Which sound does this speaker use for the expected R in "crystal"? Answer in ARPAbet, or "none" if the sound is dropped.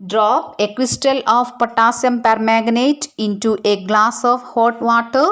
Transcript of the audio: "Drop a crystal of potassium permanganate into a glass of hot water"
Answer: W